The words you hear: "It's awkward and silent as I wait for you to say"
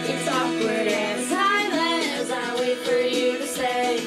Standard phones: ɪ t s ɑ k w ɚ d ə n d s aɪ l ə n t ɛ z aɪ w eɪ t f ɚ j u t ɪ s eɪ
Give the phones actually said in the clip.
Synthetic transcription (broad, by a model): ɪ t s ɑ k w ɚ d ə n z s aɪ ə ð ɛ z aɪ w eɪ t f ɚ j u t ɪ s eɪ